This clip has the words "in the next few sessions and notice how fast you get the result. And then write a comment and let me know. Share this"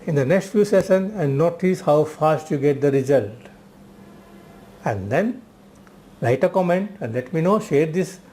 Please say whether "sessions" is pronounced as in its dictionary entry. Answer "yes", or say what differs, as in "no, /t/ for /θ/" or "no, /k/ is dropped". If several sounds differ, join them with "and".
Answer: no, /z/ is dropped